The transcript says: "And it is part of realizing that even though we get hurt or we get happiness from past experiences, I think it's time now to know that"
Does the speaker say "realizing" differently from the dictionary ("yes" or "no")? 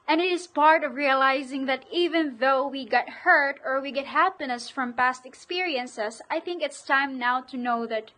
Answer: no